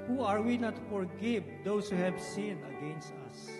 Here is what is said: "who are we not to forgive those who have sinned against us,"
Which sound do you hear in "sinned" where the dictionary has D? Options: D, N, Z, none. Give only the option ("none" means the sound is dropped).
none